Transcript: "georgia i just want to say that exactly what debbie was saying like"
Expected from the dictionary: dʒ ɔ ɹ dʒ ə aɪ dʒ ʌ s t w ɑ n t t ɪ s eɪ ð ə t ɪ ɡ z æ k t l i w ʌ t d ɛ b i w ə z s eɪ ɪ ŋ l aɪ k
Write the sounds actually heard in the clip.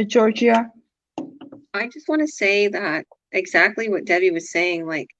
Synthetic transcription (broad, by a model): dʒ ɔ ɹ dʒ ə aɪ dʒ ʌ s t w ɑ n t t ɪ s eɪ ð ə t ɪ ɡ z æ k t l i w ʌ t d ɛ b i w ə z s eɪ ɪ ŋ l aɪ k